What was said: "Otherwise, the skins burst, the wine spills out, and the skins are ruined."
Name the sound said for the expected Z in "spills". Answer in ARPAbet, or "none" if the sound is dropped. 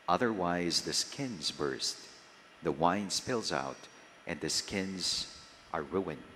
Z